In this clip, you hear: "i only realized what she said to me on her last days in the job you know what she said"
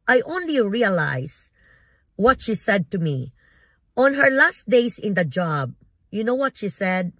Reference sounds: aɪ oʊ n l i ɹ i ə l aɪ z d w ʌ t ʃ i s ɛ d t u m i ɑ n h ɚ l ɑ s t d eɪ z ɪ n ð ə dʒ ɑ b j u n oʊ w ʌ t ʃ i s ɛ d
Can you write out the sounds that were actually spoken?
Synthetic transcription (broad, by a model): aɪ oʊ n l i ɹ i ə l aɪ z w ʌ t ʃ i s ɛ d t u m i ɑ n h ɚ l ɑ s t d eɪ s ɪ n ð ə dʒ ɑ b j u n oʊ w ʌ t ʃ i s ɛ d